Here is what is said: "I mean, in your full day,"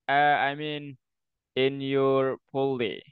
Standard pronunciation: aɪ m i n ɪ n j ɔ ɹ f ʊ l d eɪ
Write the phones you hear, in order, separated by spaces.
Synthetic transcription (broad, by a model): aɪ m i n ɪ n j ɔ ɹ p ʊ l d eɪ